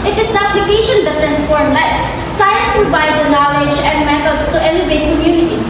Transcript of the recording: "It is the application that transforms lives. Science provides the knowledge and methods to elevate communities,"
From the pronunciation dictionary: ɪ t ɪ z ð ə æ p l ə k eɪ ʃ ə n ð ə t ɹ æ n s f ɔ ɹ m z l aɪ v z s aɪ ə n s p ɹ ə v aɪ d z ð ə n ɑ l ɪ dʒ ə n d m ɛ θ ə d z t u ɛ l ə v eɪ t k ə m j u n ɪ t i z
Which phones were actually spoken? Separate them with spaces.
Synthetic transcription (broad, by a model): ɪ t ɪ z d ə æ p l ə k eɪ ʃ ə n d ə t ɹ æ n s p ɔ ɹ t l aɪ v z s aɪ ə n s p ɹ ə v aɪ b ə n ɑ l ɪ dʒ ə n d m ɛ t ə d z t u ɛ l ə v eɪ t k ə m j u n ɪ t i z